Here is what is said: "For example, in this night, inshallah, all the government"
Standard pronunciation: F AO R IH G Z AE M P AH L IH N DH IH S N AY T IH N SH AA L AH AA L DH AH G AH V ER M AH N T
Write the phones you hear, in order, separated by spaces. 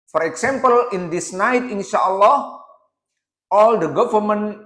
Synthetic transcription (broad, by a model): F AO R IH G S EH M P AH L IH N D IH S N AY T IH N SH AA L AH AA L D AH G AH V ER M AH N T